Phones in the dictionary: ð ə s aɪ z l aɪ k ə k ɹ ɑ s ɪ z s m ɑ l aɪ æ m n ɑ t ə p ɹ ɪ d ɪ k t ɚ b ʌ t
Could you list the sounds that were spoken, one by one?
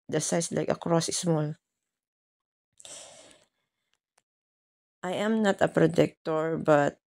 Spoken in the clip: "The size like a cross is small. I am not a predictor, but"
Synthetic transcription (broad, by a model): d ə s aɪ s l aɪ k ə k ɹ ɑ s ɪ s m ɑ l aɪ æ m n ɑ t ə p ɹ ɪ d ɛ k t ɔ b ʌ t